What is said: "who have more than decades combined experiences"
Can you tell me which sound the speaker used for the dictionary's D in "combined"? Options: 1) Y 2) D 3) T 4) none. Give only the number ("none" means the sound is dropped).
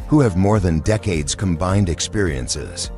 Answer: 2